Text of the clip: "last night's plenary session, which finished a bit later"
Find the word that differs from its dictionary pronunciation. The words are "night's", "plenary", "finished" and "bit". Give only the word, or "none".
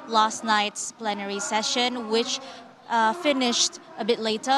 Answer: none